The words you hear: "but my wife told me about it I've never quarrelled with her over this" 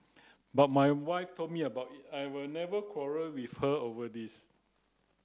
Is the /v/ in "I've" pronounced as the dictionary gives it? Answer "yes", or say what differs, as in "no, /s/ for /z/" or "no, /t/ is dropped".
no, /w/ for /v/